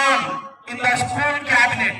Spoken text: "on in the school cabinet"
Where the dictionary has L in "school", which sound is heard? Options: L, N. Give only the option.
N